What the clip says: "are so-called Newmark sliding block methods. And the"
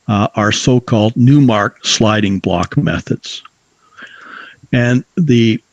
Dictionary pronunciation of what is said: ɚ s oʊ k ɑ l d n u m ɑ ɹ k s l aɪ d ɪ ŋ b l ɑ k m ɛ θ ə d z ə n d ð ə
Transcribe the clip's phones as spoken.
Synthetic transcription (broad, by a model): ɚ s oʊ k ɑ l d n u m ɑ ɹ k s l aɪ d ɪ ŋ b l ɑ k m ɛ θ ə d z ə n ð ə